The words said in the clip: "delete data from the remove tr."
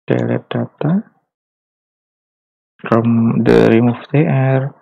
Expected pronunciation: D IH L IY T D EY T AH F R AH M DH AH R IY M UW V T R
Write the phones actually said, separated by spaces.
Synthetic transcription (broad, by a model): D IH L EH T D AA T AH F R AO M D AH R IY M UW F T R